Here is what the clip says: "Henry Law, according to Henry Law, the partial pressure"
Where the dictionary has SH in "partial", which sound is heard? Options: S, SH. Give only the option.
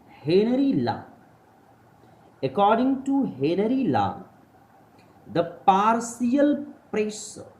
S